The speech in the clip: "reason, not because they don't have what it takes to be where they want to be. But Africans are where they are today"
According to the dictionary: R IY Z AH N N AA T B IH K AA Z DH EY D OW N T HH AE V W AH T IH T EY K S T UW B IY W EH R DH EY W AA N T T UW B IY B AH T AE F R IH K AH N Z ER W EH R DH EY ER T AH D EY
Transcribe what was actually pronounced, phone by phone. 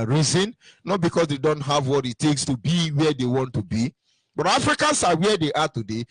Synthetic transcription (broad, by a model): R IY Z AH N N AA T B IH K AA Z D EY D OW N T HH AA V W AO T IH T EY K S T UW B IY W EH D EY W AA N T T UW B IY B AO T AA F R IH K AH N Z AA W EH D EY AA T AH D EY